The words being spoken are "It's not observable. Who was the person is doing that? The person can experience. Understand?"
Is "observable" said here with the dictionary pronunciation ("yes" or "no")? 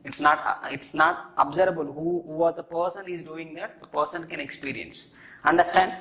no